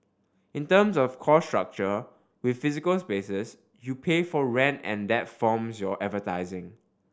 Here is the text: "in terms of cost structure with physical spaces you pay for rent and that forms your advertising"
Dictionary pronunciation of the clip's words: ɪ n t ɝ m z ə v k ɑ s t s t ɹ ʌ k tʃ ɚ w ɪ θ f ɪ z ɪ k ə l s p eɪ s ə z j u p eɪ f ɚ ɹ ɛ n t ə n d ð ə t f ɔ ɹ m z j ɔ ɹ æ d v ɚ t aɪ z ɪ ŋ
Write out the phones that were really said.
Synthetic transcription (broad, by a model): ɪ n t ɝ m s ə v k ɑ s s t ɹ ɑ k tʃ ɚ w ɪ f f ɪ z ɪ k ə l s p eɪ s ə s j u p eɪ f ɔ ɹ ɛ n t ə n d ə t f ɔ m s j ɔ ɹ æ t v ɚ t aɪ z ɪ ŋ